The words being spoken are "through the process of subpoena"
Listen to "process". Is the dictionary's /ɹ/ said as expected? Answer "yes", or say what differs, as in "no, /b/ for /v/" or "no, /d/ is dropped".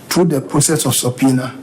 no, /ɹ/ is dropped